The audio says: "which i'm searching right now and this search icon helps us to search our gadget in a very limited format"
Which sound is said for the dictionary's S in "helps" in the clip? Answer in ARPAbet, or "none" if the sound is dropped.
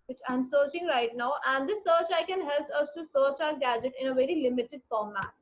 none